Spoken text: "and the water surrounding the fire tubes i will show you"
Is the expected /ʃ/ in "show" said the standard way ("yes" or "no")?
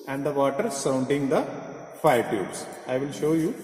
yes